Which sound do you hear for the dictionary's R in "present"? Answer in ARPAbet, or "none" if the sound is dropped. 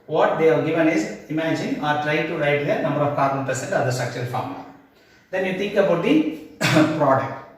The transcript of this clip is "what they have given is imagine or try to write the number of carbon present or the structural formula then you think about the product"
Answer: none